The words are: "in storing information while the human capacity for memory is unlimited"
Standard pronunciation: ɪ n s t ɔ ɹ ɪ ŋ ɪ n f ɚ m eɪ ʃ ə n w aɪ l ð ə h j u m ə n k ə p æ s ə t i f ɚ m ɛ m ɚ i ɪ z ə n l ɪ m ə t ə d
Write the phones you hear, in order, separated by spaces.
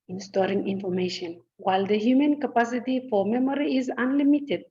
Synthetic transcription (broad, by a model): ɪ n s t ɔ ɹ ɪ ŋ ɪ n f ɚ m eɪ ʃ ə n w aɪ l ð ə h j u m ə n k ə p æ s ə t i f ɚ m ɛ m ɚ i ɪ z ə n l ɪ m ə t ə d